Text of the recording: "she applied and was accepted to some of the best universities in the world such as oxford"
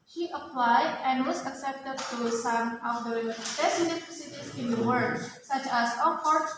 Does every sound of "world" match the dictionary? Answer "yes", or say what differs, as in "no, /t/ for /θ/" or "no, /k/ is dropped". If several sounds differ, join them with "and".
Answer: no, /l/ is dropped